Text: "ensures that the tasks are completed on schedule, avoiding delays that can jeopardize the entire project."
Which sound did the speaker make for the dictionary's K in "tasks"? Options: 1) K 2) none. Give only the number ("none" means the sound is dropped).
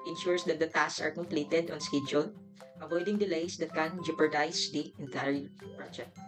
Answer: 2